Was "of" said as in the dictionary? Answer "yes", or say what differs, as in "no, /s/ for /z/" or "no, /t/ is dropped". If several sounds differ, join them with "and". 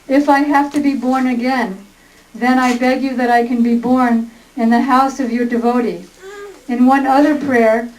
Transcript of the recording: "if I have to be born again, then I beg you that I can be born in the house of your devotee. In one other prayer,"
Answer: yes